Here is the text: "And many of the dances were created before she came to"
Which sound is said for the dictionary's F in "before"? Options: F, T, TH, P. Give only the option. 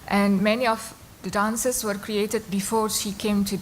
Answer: F